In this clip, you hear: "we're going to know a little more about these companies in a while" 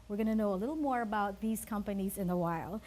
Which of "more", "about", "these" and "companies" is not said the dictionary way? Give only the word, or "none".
none